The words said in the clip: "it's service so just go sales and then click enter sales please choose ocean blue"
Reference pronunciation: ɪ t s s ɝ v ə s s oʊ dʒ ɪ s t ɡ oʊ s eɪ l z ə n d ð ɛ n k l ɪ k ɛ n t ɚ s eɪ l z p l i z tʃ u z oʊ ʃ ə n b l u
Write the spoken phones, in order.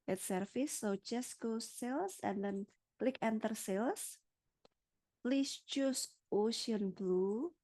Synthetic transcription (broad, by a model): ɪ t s s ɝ f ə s s oʊ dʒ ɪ s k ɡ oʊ s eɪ l s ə n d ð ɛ n k l ɪ k ɛ n t ɚ s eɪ l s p l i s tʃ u s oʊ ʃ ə n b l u